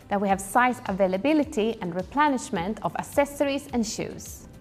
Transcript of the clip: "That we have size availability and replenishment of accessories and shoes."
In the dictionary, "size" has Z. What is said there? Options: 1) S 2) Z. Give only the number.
1